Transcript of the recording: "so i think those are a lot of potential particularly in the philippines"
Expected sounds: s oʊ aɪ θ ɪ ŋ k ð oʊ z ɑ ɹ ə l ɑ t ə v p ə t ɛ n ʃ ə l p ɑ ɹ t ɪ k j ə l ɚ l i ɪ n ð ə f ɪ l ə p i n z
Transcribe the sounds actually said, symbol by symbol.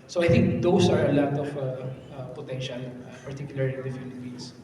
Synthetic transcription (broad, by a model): s oʊ aɪ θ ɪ ŋ k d oʊ s ɑ ɹ ə l ɑ t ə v p ə t ɛ n ʃ ə l p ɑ ɹ t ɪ k j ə l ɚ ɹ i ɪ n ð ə f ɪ l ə p i n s